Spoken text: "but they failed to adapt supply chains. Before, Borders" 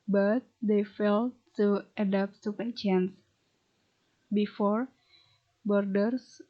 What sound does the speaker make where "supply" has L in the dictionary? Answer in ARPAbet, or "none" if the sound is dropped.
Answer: none